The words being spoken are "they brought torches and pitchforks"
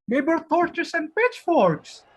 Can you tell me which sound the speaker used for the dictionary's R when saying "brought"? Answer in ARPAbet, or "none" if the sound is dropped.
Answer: none